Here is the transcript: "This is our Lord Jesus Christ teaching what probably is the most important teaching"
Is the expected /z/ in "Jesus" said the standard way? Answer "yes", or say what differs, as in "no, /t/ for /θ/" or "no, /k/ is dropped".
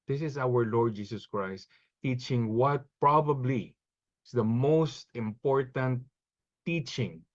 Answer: no, /s/ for /z/